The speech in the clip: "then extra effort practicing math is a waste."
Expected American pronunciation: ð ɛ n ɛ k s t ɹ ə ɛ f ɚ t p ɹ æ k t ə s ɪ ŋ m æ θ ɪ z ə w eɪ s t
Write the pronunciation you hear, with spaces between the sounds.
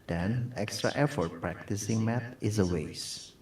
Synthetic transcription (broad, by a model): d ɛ n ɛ k s t ɹ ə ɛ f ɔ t p ɹ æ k t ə s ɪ ŋ m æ t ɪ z ə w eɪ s